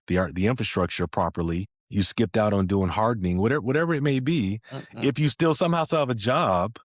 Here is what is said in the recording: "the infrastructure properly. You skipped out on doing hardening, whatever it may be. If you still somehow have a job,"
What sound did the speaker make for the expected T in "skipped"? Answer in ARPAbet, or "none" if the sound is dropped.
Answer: T